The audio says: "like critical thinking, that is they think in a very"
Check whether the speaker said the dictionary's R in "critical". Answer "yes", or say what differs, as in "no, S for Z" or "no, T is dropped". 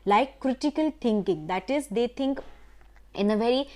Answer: yes